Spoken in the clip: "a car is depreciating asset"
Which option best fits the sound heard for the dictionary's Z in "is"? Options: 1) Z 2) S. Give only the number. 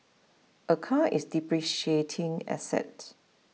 2